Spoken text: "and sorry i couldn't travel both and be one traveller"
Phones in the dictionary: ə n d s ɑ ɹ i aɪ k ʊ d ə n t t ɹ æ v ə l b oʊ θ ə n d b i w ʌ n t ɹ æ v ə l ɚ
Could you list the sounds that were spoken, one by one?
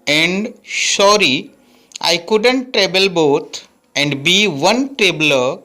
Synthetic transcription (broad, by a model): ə n d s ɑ ɹ i aɪ k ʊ d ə n t t ɹ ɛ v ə l b oʊ t ə n d b i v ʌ n t ɹ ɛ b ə l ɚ